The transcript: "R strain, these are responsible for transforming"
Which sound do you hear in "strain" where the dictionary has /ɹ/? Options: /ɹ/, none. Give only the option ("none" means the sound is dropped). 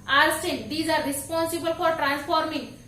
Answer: none